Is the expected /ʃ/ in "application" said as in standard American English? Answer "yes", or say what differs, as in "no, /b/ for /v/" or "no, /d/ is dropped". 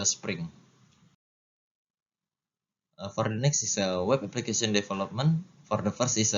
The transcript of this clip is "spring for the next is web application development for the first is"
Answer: no, /s/ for /ʃ/